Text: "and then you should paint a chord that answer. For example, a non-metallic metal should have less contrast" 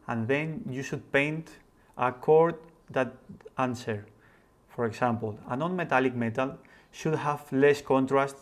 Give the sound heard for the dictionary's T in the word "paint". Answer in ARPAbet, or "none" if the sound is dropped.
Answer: T